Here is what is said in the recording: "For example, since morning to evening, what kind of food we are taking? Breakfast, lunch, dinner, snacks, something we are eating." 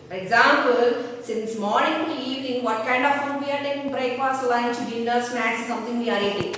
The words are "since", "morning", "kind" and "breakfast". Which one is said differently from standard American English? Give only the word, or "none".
breakfast